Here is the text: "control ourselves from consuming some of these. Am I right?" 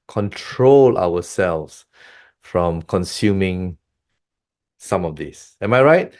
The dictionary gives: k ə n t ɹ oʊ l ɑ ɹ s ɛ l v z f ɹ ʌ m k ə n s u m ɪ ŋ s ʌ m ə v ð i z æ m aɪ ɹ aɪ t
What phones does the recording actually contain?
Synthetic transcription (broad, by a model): k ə n t ɹ oʊ l ɑ w s ɛ l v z f ɹ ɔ m k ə n s u m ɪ ŋ s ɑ m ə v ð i s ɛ m aɪ ɹ aɪ t